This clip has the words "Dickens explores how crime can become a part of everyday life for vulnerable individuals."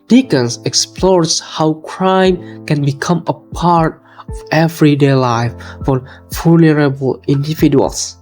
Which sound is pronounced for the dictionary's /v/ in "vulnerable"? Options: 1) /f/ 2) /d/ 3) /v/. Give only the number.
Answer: 1